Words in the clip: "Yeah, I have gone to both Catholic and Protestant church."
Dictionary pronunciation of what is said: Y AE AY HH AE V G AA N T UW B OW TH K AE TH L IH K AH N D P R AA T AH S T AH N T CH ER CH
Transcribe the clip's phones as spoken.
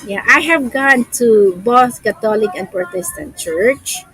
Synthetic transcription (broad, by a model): Y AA AY HH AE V G AA N T UW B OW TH K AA T L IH K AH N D P R T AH S T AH N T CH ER CH